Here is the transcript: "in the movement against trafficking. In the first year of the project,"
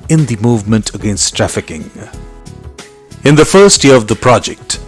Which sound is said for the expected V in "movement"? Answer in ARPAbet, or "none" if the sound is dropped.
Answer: V